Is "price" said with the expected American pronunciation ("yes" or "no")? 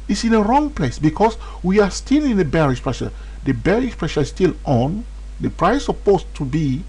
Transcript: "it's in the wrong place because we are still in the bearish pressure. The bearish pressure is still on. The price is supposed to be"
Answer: no